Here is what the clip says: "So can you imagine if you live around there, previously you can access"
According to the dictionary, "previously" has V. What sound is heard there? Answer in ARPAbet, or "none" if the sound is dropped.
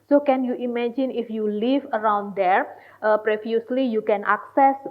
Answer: F